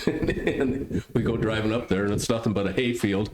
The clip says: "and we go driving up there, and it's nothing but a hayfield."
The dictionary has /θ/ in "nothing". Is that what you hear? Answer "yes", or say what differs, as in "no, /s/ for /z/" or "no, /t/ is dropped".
yes